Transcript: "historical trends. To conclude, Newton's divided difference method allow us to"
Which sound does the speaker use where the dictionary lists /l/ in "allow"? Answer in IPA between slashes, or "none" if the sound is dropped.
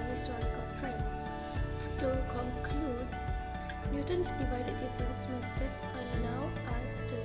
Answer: /n/